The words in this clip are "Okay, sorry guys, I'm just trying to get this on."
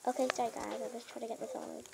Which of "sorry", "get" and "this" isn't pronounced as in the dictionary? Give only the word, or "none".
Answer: sorry